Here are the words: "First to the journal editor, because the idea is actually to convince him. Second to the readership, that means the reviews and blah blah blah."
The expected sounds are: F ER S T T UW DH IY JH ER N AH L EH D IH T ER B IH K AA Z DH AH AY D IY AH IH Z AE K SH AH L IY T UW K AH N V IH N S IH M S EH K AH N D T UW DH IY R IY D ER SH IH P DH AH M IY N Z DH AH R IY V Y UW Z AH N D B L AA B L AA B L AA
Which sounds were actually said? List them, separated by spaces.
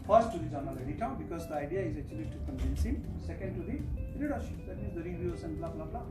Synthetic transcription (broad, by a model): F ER S T T UW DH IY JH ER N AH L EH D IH T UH B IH K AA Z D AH AY D IY AH IH Z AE K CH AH L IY T UW K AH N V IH N S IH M S EH K AH N D T UW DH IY R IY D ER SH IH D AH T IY Z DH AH R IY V Y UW S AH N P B L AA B L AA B L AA